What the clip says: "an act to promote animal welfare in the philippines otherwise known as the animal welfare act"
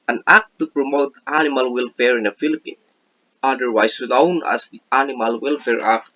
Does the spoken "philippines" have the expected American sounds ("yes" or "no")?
no